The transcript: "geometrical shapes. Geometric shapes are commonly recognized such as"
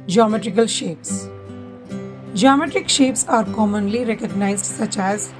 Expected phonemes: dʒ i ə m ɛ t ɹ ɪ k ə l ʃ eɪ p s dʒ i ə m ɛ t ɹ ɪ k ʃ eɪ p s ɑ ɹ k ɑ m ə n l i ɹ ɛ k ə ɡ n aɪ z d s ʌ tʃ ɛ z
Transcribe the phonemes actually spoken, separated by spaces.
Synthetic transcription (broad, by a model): dʒ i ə m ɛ t ɹ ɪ k ə l ʃ eɪ p s dʒ i ə m ɛ t ɹ ɪ k ʃ eɪ p s ɑ ɹ k ɑ m ə n l i ɹ ɛ k ə ɡ n aɪ z d s ʌ tʃ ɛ z